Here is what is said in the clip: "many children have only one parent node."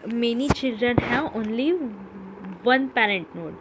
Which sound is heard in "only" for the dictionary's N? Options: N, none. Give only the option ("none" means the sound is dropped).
N